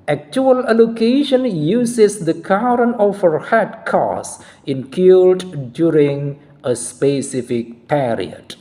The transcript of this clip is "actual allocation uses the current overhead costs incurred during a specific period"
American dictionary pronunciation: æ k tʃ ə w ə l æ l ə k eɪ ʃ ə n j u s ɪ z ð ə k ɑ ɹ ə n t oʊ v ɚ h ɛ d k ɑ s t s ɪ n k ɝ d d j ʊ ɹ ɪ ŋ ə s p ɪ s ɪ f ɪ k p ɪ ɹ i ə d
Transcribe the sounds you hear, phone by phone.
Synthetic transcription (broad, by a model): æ k tʃ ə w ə l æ l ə k eɪ ʃ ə n j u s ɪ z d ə k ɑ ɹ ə n oʊ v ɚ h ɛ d k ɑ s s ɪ n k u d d j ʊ ɹ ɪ ŋ ə s p ɪ s ɪ f ɪ k p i ɹ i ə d